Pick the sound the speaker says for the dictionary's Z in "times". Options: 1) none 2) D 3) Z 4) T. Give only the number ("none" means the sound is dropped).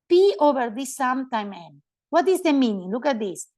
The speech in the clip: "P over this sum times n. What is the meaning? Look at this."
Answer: 1